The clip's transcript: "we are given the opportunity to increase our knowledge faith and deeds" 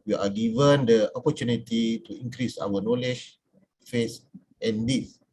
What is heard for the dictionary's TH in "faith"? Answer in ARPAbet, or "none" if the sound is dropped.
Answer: S